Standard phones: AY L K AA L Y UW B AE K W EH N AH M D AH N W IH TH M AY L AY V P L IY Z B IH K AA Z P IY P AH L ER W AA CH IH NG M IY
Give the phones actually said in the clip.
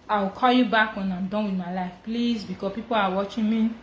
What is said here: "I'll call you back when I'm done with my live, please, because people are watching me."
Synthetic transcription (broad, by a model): AY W K AA L Y UW B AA K W EH N AH M D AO N W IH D M AY L AY F P L IY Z B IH K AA P IY P AH L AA W AA CH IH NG M IY